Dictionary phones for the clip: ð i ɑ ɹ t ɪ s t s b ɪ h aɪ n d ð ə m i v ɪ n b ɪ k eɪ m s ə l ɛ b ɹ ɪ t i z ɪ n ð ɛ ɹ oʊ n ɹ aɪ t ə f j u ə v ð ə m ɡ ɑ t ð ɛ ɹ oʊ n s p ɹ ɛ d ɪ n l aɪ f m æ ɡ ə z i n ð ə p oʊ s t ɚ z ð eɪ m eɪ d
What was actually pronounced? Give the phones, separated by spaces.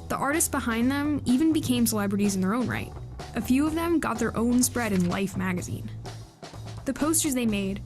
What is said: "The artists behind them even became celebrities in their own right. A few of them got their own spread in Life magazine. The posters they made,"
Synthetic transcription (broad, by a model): ð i ɑ ɹ t ɪ s t s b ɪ h aɪ n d ð ə m i v ɪ n b ɪ k eɪ m s ə l ɛ b ɹ ɪ t i z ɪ n ð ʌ ɹ oʊ n ɹ aɪ t ə f j u ə v ð ə m ɡ ɑ t ð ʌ ɹ oʊ n s p ɹ ɛ d ɪ n l aɪ f m æ ɡ ə z i n ð ə p oʊ s t ɚ z ð eɪ m eɪ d